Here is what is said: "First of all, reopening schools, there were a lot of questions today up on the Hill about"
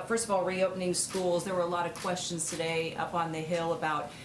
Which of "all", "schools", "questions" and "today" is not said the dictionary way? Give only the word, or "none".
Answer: none